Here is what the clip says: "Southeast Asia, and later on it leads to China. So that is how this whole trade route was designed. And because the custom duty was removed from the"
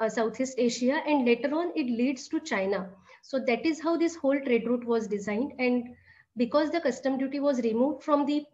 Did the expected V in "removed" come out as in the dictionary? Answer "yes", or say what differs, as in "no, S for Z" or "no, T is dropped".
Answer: yes